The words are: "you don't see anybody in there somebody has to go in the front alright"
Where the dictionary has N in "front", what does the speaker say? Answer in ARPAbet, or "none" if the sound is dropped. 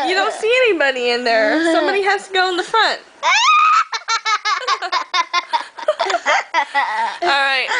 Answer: N